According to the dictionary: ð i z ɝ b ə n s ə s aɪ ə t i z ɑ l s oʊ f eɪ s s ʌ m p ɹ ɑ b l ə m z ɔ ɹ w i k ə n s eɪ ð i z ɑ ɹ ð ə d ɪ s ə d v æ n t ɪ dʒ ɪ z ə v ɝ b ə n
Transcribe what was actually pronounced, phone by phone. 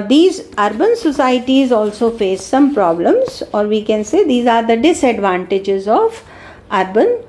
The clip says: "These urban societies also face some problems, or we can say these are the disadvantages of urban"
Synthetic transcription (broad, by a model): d i z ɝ b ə n s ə s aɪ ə t i z ɑ l s oʊ f eɪ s s ʌ m p ɹ ɑ b l ə m z ɔ ɹ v i k ə n s eɪ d i z ɑ ɹ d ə d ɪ s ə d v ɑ n t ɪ dʒ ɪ z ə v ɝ b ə n